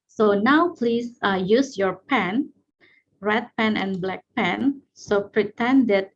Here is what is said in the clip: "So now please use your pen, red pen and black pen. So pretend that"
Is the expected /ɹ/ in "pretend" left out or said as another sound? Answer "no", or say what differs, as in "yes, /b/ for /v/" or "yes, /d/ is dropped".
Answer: no